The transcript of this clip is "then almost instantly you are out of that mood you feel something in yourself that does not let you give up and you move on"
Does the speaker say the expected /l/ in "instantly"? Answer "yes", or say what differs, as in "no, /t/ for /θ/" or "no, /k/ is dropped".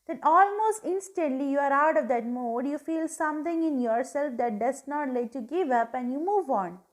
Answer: yes